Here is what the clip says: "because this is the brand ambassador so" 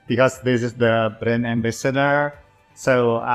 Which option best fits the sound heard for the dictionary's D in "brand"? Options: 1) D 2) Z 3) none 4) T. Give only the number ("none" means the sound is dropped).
3